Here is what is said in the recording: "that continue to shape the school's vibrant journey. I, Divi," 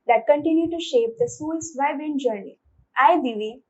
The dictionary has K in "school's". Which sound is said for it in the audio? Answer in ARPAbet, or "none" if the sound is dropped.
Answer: none